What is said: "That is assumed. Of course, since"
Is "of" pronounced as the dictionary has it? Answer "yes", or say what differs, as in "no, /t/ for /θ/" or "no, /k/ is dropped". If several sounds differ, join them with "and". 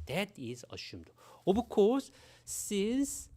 no, /b/ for /v/